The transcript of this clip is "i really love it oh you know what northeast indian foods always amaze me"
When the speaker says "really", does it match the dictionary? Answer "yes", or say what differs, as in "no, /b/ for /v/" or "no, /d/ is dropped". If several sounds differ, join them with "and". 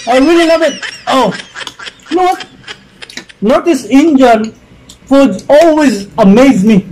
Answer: no, /w/ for /ɹ/